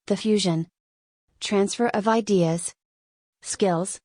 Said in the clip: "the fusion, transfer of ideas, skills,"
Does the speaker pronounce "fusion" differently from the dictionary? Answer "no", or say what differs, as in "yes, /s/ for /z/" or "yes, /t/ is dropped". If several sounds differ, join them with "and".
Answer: no